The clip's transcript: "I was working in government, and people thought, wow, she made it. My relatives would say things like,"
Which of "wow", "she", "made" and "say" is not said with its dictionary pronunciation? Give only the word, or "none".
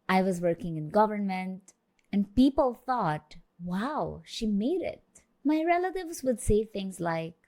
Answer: none